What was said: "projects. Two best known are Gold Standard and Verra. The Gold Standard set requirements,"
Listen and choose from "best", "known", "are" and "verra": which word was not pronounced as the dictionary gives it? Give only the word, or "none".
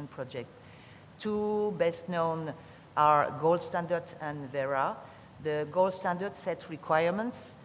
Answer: none